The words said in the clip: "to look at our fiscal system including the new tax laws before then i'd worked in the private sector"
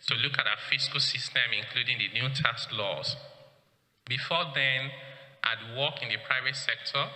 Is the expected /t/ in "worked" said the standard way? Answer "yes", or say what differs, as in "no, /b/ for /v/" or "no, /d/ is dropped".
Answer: no, /t/ is dropped